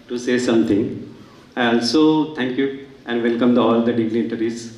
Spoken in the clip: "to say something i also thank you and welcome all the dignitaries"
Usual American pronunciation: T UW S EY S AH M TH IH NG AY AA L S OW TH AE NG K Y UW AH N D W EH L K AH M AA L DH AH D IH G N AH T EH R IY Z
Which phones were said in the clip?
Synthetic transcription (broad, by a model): T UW S EY S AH M T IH NG AY AA L S OW T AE NG K Y UW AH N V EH L K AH M AA L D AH D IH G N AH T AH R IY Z